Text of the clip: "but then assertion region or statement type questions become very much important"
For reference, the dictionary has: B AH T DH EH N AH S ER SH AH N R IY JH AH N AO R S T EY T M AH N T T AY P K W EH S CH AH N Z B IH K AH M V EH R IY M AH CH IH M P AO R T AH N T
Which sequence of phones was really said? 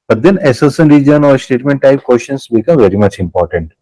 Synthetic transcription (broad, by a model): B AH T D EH N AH S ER S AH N R IY JH AH N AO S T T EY T M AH N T T AY P K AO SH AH N S B IH K AH M V EH R IY M AH CH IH M P AO R T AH N T